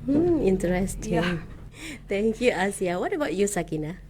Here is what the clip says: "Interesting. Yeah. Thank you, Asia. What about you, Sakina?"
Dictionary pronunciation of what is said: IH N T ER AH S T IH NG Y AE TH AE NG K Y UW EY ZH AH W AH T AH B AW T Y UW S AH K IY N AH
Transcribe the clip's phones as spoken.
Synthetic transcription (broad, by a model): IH N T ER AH S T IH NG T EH NG K Y UW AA S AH W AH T AH B AW T Y UW S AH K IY N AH